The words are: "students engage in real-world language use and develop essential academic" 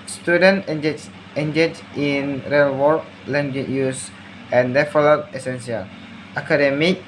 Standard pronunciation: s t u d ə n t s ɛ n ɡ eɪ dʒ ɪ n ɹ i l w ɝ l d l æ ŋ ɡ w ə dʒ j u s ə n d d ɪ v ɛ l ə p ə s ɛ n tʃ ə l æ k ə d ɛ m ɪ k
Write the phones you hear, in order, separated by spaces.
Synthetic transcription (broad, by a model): s t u d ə n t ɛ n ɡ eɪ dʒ ɪ n ɹ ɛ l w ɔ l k l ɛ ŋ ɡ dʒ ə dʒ j u s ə n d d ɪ f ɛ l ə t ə s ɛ n s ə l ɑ k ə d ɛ m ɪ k